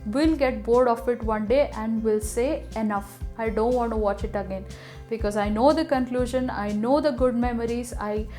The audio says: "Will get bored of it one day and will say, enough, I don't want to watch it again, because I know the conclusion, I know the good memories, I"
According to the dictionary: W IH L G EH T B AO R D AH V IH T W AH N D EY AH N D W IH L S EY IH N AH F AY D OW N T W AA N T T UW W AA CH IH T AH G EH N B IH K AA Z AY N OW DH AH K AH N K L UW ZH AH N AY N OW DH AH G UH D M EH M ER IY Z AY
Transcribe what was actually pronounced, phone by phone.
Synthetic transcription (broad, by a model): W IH L G EH T B AO R D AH F IH T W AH N D EY AH N D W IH L S EY IH N AH F AY D OW N T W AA N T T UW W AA CH IH T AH G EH N B IH K AA Z AY N OW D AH K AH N K L UW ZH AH N AY N OW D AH G UH D M EH M ER IY Z AY